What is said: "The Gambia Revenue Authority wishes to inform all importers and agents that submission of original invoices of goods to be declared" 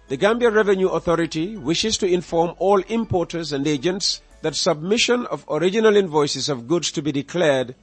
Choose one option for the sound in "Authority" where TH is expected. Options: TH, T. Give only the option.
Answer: TH